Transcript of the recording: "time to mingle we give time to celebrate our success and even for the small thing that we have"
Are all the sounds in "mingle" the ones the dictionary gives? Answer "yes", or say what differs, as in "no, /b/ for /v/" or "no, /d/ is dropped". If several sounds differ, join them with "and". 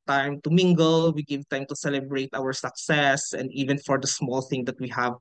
yes